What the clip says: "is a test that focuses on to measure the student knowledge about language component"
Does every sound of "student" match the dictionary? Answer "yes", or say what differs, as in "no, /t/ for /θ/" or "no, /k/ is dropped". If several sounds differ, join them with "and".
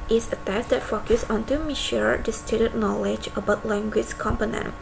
no, /n/ is dropped